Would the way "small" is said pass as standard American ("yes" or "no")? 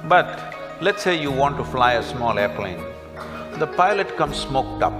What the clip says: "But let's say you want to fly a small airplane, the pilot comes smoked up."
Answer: yes